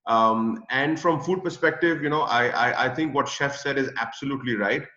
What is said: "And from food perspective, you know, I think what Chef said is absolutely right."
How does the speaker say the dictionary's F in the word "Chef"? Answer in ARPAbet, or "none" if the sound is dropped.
F